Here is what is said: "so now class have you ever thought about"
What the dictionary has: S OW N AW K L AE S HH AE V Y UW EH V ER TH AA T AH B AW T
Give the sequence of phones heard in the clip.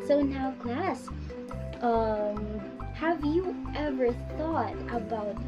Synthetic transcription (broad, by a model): S OW N AW K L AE S HH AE V Y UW EH V ER TH AA T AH B AW T